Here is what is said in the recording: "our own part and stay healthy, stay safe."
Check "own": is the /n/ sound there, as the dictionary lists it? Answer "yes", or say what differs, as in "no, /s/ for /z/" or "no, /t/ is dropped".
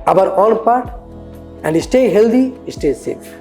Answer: no, /l/ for /n/